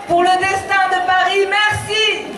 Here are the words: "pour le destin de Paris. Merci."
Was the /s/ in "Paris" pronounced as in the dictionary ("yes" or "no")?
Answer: no